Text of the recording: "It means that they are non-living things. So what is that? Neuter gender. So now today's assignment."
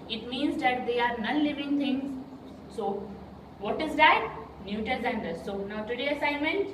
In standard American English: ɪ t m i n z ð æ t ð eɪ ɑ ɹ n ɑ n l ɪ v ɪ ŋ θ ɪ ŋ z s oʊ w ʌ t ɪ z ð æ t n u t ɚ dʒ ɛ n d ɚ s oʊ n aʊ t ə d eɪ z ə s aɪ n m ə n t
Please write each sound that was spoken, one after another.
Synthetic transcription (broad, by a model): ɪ t m i n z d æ t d eɪ ɑ ɹ n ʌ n l ɪ v ɪ ŋ t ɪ ŋ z s oʊ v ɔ t ɪ z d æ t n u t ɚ z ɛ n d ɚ s oʊ n aʊ t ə d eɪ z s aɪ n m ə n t